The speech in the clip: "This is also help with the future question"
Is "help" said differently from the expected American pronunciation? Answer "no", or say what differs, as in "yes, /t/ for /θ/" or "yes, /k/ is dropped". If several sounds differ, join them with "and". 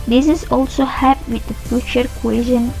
yes, /l/ is dropped